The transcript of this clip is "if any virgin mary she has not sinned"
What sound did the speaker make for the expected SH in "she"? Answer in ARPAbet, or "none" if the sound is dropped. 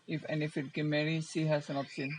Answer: S